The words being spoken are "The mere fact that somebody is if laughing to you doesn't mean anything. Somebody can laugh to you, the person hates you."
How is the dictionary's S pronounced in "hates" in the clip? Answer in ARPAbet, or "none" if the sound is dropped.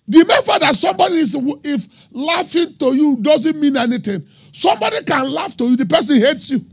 S